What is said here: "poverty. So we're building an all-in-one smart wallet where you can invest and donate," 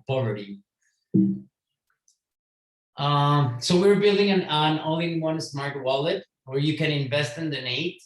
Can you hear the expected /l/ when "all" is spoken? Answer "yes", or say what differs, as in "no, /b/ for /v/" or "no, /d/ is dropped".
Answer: no, /n/ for /l/